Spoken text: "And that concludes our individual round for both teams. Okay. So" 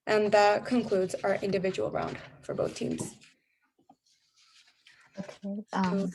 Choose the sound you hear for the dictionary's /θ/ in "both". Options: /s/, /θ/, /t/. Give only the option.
/θ/